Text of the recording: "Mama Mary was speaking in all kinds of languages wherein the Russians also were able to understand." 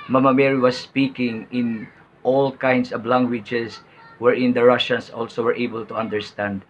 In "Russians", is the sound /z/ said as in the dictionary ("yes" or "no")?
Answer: no